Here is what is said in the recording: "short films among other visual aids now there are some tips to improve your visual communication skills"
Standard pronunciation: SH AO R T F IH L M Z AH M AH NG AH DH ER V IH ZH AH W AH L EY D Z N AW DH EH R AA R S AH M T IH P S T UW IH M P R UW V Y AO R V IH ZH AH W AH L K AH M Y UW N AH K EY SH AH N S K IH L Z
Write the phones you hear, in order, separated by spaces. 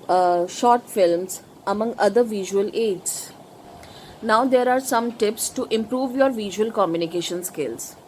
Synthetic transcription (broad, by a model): SH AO R T F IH L M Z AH M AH NG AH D ER V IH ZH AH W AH L EY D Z N AW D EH R AA R S AH M T IH P S T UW IH M P R UW V Y AO R V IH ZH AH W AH L K AH M Y UW N AH K EY SH AH N S K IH L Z